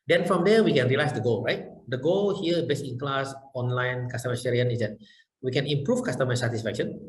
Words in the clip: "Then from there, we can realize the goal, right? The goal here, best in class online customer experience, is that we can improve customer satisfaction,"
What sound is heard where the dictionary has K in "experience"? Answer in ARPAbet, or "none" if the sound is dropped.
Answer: none